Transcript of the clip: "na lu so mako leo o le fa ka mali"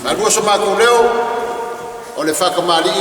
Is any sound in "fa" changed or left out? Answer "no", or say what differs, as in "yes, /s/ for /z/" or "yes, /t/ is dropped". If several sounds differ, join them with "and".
no